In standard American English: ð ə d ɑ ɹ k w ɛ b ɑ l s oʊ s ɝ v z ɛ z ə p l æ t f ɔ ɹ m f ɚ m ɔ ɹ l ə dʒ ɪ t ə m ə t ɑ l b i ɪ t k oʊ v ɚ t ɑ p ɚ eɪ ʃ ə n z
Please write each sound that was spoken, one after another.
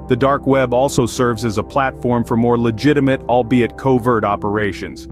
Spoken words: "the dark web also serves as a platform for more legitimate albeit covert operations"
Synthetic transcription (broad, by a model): ð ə d ɑ ɹ k w ɛ b ɑ l s oʊ s ɝ v z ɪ z ə p l æ t f ɔ ɹ m f ɚ m ɔ ɹ l ə dʒ ɪ t ə m ə t ɑ l b i ɪ t k oʊ v ɚ t ɑ p ɚ eɪ ʃ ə n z